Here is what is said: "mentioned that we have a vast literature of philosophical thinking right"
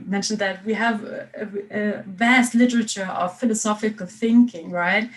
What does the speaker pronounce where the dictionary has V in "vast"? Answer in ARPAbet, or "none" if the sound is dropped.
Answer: V